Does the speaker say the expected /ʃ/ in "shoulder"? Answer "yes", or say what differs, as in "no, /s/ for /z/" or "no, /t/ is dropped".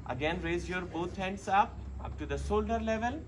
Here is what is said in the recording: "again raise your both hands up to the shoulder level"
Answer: no, /s/ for /ʃ/